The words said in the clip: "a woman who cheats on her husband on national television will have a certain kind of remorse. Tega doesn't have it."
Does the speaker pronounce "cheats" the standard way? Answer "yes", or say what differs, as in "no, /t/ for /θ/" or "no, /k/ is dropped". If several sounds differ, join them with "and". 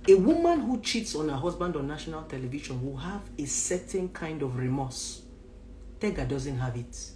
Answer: yes